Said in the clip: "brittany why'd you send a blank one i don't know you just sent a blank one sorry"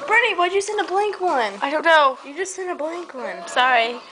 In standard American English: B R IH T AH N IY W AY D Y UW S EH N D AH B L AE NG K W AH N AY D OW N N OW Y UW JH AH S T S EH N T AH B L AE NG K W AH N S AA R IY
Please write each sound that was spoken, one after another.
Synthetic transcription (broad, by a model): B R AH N IY W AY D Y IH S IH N AH B L AE NG K W AH N AY D OW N N OW Y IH JH AH S T S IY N AH B L AE NG K W AH N S AA R IY